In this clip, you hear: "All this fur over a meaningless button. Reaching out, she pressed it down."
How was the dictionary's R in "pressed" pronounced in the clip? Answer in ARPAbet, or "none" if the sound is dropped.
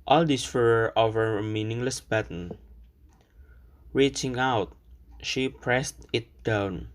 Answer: R